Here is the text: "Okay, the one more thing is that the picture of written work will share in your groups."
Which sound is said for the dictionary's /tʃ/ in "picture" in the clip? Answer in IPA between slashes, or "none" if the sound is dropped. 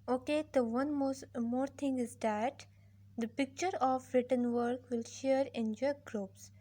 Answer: /tʃ/